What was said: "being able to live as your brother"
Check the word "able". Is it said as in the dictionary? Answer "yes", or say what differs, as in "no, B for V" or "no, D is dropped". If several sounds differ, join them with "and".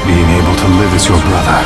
yes